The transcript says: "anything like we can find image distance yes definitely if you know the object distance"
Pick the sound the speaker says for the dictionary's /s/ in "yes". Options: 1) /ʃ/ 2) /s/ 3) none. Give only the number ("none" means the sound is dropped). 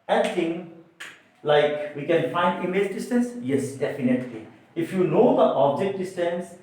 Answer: 2